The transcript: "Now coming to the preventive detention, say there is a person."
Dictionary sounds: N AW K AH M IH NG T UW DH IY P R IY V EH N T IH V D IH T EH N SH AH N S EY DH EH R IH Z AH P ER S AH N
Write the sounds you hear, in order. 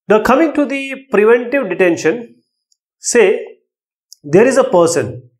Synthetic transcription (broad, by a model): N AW K AH M IH NG T UW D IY P R IY V EH N T IH V D IH T EH N SH AH N S EY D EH R IH Z AH P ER S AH N